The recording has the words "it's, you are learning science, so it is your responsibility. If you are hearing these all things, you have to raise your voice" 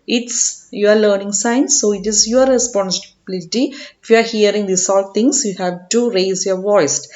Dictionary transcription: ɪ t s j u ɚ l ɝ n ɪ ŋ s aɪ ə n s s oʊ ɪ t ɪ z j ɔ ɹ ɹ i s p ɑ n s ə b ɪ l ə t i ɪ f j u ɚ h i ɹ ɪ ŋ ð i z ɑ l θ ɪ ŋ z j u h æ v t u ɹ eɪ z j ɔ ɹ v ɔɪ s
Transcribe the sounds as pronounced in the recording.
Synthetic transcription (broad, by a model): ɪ t s j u ɚ l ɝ n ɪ ŋ s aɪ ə n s s oʊ ɪ t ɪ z j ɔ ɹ ɹ i s p ɑ n s ə b ɪ l ə t i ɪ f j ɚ h i ɹ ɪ ŋ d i s ɑ l t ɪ ŋ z j u h æ v t u ɹ eɪ z j ɔ ɹ v ɔɪ s